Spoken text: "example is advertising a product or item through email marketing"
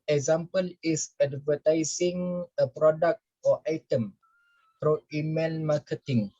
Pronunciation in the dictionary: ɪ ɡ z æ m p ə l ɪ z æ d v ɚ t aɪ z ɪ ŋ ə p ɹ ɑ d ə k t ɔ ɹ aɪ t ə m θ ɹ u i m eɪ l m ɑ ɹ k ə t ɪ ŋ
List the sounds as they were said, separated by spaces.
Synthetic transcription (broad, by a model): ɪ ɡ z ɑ m p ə l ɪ s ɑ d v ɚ t aɪ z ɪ ŋ ə p ɹ ɑ d ə k t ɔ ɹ aɪ t ə m f ɹ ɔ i m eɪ n m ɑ k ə t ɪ ŋ